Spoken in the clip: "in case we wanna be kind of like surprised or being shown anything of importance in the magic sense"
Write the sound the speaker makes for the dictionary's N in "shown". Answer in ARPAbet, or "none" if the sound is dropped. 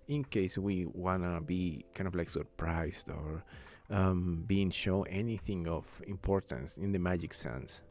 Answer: none